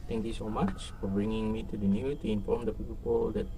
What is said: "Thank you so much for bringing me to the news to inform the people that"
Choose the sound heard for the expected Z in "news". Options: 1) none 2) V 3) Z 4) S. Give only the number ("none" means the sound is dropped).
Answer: 1